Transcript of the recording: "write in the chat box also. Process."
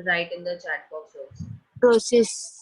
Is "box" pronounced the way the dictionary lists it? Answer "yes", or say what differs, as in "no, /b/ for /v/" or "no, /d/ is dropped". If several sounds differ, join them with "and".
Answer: no, /k/ is dropped